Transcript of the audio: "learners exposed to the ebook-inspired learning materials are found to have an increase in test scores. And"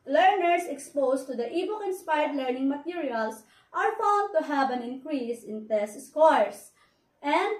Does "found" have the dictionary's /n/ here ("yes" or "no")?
no